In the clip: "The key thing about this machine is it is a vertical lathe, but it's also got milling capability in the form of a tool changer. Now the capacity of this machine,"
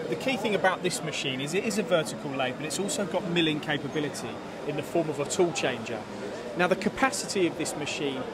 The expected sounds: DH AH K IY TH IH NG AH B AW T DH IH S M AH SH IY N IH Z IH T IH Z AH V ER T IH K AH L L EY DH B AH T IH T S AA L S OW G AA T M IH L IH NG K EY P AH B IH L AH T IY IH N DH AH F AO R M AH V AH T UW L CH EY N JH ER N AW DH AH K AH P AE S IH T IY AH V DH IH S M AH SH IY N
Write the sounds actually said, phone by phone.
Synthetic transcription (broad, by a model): DH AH K IY TH IH NG AH B AW T DH IH S M AH SH IY N IH Z IH T IH Z AH V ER T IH K AH L L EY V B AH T IH T S AA L S OW G AA T M IH L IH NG K EY P AH B IH L AH T IY IH N DH AH F AO M AH V AH T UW L CH EY N JH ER N AW DH AH K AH P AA S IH T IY AH V DH IH S M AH SH IY N